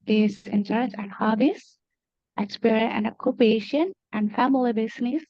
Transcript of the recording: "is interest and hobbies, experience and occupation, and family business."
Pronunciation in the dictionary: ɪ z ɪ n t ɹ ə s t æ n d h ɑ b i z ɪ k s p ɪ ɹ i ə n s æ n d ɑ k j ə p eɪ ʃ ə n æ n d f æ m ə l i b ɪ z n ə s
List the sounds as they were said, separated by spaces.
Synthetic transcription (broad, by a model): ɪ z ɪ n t ə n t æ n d h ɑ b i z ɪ k s p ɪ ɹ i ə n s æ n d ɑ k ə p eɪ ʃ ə n æ n d f æ m ə l i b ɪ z n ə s